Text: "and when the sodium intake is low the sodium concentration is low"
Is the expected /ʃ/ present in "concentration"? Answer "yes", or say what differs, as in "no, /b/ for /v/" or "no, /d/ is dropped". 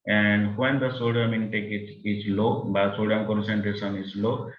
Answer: no, /s/ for /ʃ/